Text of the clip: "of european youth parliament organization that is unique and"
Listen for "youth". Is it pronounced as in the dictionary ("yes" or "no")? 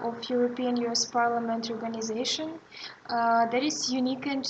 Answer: no